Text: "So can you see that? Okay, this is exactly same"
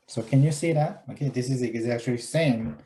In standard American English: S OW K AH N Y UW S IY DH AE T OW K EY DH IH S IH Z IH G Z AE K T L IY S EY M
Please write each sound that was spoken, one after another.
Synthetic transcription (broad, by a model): S OW K AH N Y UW S IY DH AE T OW K EY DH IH S IH Z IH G Z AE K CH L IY S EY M